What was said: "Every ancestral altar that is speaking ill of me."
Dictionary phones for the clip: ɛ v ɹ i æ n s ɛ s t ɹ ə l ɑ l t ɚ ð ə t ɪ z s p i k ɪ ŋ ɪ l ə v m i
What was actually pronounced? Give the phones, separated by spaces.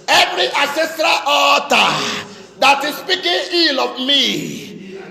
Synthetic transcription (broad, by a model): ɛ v ɹ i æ s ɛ s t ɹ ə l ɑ t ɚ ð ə t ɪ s p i k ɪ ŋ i l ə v m i